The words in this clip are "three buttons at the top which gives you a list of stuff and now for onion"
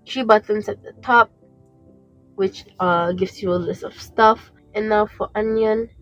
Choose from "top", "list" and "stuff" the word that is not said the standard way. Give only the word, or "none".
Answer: none